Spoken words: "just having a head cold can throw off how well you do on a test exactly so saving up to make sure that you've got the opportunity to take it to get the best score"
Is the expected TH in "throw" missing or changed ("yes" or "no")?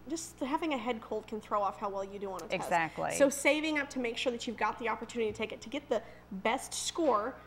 no